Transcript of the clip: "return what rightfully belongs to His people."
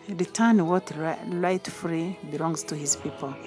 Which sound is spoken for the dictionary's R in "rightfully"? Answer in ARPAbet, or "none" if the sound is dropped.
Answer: L